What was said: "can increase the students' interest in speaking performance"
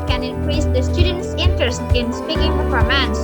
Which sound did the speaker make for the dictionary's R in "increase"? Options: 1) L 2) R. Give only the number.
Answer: 2